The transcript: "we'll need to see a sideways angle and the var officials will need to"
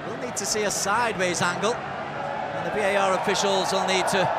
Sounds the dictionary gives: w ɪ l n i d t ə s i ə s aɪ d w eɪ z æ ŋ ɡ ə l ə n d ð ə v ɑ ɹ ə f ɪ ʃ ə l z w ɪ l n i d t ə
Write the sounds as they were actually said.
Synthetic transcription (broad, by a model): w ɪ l n i d t ə s i ə s aɪ d w eɪ z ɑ ŋ ɡ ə l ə n ð ə b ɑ ɹ ə f ɪ ʃ ə l z w ɪ l n i d t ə